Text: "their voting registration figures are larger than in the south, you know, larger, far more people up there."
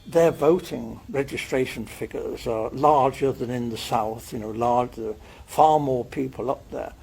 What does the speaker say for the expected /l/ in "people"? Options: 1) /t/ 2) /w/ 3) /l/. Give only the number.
3